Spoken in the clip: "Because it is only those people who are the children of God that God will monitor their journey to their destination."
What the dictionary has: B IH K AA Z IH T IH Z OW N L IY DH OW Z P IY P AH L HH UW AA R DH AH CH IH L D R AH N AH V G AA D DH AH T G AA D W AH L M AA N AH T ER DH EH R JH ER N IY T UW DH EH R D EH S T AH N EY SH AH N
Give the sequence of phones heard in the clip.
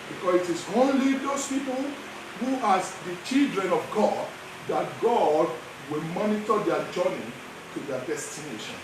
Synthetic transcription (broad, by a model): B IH K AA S IH T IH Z OW N L IY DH OW S P IY P AH L HH UW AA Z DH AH CH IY L D R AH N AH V G AA D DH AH T G AA D W AH L M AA N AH T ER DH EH JH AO N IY T UW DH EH D EH S T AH N EY SH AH N